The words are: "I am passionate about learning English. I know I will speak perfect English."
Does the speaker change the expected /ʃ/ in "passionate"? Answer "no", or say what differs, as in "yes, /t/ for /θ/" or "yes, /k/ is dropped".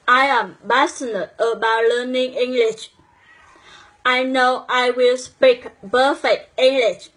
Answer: yes, /s/ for /ʃ/